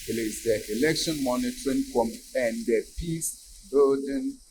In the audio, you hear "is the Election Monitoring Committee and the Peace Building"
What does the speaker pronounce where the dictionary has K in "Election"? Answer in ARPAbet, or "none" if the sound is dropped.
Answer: K